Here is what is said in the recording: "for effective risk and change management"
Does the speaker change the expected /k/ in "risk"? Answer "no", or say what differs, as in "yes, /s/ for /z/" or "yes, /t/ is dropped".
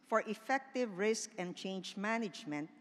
no